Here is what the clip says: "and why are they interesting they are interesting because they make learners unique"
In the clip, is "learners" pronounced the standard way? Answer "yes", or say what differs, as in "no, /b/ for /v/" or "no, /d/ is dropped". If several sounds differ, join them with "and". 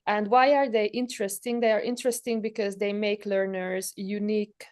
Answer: yes